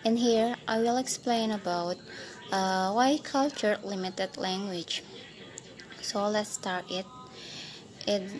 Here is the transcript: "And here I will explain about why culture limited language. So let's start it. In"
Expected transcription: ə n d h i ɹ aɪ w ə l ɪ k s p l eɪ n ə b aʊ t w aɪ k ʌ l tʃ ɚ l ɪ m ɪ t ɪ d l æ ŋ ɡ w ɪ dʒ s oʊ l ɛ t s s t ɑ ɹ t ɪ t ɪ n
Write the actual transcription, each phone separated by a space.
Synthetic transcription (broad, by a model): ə n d h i ɹ aɪ w ə l ɪ k s p l eɪ n ə b aʊ t w aɪ k ʌ l tʃ ɚ l ɪ m ɪ t ɪ d l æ ŋ ɡ w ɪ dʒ s oʊ l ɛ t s s t ɑ ɹ t ɪ t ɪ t